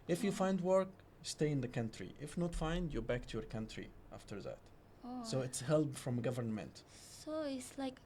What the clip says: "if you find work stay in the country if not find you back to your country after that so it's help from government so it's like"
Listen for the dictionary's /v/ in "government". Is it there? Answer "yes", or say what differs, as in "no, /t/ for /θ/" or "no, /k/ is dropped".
yes